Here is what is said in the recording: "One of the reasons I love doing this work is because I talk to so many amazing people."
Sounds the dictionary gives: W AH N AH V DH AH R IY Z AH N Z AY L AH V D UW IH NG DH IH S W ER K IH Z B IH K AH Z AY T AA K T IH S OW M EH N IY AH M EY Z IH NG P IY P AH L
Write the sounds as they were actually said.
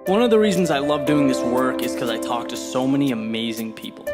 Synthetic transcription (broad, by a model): W AH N AH V DH AH R IY Z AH N Z AY L AH V D UW IH NG DH IH S W ER K IH Z K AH Z AY T AA K T IH S OW M EH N IY AH M EY Z IH NG P IY P L